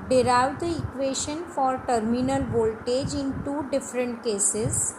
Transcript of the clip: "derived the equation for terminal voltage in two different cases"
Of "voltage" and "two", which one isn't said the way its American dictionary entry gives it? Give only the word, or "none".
none